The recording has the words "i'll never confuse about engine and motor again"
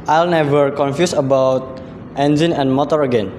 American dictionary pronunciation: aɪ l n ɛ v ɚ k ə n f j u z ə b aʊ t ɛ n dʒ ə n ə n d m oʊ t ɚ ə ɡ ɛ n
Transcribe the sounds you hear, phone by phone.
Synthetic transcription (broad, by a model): aɪ l n ɛ v ɚ k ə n f j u s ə b aʊ t ɛ n dʒ ə n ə n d m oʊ t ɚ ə ɡ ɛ n